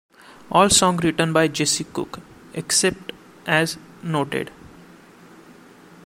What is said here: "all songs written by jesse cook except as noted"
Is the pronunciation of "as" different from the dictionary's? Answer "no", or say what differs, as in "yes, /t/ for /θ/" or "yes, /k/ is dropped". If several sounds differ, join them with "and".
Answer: no